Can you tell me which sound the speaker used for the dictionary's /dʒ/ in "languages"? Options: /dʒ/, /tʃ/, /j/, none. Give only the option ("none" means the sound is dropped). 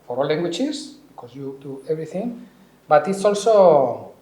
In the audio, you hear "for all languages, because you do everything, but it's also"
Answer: /tʃ/